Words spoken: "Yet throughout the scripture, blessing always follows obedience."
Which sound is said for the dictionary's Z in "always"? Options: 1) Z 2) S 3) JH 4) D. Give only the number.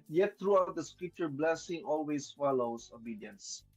2